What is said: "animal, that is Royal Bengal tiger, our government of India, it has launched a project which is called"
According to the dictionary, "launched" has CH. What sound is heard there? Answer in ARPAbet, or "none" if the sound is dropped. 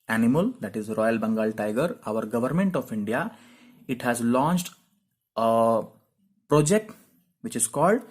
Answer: CH